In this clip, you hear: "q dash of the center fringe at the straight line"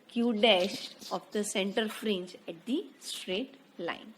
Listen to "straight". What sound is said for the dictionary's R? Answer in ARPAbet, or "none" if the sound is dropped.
R